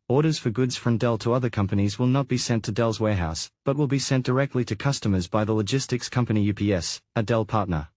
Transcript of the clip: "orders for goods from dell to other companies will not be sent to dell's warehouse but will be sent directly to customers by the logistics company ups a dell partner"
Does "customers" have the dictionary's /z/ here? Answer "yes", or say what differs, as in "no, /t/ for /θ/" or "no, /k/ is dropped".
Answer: yes